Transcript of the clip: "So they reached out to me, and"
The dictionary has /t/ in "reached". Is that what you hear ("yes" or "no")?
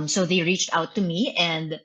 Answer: yes